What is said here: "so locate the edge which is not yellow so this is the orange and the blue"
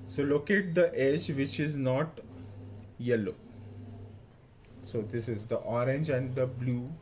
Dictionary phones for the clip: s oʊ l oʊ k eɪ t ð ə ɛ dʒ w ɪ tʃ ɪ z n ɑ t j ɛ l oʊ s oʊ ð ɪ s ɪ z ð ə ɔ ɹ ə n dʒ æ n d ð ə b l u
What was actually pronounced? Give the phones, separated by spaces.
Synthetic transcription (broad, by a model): s oʊ l oʊ k eɪ t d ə ɛ dʒ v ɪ tʃ ɪ z n ɑ t j ɛ l oʊ s oʊ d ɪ s ɪ z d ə ɔ ɹ ə n dʒ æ n d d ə b l u